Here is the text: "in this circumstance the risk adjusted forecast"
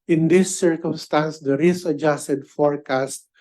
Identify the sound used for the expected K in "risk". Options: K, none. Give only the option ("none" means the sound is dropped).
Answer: none